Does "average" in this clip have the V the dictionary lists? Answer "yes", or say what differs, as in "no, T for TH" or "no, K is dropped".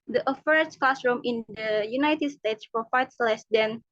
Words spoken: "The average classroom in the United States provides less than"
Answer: no, F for V